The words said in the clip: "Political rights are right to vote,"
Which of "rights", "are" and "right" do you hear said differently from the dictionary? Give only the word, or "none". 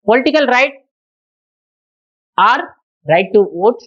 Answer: rights